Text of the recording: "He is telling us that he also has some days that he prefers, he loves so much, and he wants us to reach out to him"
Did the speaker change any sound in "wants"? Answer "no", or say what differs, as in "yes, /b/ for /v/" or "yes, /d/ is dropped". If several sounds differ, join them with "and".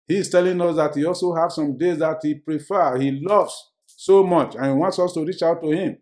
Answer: no